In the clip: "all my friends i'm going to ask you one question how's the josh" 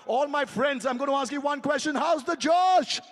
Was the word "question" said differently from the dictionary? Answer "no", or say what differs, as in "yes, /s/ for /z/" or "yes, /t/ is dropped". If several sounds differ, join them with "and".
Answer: no